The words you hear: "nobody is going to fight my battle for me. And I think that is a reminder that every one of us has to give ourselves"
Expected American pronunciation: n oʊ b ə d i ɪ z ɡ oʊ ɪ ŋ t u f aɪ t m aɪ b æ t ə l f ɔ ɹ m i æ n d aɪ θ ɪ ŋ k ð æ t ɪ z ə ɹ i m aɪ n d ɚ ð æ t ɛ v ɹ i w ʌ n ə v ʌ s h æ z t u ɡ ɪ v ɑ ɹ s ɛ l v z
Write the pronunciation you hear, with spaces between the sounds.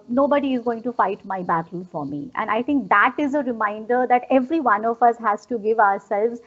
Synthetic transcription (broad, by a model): n oʊ b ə d i ɪ z ɡ oʊ ɪ ŋ t u f aɪ t m aɪ b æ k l f ɔ ɹ m i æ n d aɪ t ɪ ŋ k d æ t ɪ z ə ɹ i m aɪ n d ɚ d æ t ɛ v ɹ i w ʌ n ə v ʌ s h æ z t u ɡ ɪ v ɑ ɹ s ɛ l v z